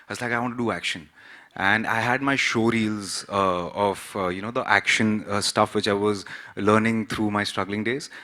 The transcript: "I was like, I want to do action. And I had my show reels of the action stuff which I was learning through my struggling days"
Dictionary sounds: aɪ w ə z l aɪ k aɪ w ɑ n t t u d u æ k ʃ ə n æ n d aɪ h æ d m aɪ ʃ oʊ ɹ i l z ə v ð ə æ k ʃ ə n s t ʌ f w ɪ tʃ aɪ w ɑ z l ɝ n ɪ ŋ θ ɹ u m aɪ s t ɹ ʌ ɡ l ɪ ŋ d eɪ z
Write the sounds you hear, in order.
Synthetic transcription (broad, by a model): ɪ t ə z l aɪ k aɪ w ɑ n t t u d u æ k ʃ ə n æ n d aɪ h æ d m aɪ ʃ oʊ ɹ i l z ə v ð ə æ k ʃ ə n s t ʌ f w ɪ tʃ aɪ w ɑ z l ɝ n ɪ ŋ t ɹ u m aɪ s t ɹ ʌ ɡ l ɪ ŋ d eɪ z